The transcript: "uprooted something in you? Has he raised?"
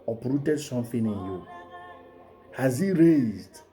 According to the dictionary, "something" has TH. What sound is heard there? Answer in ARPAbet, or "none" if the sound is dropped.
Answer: F